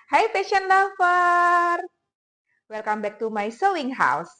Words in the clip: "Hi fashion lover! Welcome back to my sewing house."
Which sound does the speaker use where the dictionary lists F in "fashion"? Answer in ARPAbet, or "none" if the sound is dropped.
P